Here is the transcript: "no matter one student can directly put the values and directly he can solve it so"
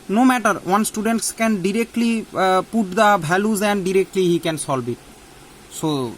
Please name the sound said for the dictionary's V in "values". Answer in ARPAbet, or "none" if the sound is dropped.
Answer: B